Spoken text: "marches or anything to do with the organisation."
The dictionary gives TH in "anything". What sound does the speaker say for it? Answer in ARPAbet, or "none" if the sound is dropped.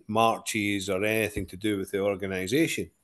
TH